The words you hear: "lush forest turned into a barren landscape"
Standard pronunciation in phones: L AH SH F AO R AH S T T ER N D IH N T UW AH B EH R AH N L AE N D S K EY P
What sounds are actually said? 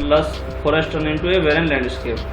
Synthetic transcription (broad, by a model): L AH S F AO R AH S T T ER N IH N T UW AH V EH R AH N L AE N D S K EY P